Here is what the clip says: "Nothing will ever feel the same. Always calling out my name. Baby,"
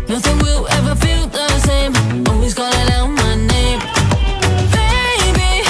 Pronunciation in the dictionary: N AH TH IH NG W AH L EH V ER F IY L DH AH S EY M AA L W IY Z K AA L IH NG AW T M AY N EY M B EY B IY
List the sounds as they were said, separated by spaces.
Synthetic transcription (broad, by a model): N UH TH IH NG W AH L EH V ER F IY L DH AH S EY M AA W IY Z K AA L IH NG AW M AY N EY M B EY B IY